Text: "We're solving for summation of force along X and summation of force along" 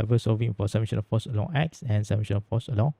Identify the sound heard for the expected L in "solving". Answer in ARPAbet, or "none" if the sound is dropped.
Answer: none